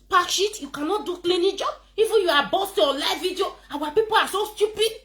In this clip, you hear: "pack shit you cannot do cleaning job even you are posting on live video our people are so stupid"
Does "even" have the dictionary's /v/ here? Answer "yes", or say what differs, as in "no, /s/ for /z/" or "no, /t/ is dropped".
no, /f/ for /v/